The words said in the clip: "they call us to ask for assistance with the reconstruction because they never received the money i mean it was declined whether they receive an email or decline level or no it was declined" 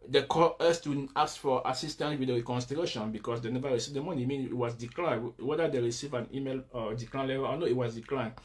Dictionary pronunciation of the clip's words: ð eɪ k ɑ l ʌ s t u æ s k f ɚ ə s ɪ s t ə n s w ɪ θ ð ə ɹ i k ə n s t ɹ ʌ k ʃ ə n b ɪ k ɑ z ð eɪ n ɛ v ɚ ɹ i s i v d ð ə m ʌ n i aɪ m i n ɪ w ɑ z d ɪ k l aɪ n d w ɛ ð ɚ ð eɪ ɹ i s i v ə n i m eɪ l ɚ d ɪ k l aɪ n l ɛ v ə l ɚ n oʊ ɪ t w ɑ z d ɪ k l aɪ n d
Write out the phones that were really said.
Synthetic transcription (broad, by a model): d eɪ k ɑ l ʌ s t u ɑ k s f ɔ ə s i s t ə n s w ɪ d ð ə ɹ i k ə n s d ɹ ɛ ʃ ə n b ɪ k ɑ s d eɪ n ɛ v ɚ ɹ i s i v d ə m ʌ n i m i n ɪ w ɑ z d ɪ k l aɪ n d w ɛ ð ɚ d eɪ ɹ i s i v ə n i m eɪ l d ɪ k l aɪ n l ɛ v ə l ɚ n oʊ ɪ t w ɑ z d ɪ k l aɪ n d